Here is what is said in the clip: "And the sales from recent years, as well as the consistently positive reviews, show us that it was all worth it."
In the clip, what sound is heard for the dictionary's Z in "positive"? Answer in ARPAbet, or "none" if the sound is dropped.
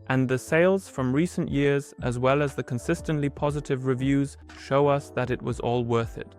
Z